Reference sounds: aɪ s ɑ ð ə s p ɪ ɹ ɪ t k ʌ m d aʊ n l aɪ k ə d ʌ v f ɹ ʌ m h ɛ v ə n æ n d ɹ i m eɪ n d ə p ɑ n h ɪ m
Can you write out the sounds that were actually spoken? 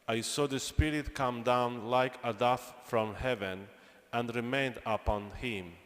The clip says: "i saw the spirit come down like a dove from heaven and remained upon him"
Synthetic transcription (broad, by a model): aɪ s ɑ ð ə s p ɪ ɹ ɪ t k ʌ m d aʊ n l aɪ k ə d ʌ f f ɹ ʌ m h ɛ v ə n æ n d ɹ i m eɪ n d ə p ɑ n h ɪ m